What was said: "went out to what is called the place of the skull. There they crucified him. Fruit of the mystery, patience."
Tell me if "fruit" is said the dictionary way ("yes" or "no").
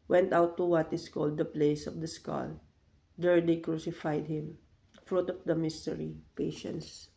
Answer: yes